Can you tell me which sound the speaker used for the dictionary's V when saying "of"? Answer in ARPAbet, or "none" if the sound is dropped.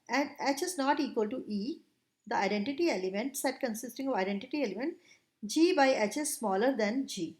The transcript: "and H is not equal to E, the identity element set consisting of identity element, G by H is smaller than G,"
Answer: V